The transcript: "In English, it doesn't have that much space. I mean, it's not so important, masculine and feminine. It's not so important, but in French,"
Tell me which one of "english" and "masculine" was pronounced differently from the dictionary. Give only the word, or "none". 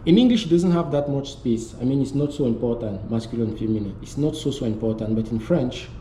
masculine